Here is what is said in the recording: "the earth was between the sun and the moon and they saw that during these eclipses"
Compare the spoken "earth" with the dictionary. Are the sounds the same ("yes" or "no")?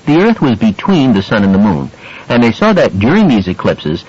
yes